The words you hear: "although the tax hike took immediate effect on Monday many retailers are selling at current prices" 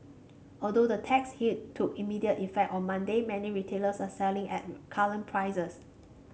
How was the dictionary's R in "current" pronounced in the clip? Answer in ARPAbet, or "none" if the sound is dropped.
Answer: L